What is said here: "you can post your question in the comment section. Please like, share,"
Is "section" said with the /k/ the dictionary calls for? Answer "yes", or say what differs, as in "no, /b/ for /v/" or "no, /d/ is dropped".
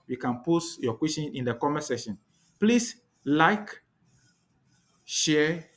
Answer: no, /k/ is dropped